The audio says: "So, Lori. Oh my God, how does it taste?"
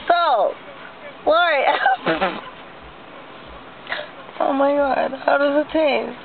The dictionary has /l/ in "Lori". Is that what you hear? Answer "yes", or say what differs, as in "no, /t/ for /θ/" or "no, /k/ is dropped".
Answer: no, /w/ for /l/